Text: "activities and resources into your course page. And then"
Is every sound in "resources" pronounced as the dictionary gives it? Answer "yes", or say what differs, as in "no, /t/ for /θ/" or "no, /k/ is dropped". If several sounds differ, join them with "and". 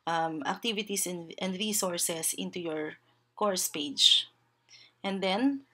no, /s/ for /z/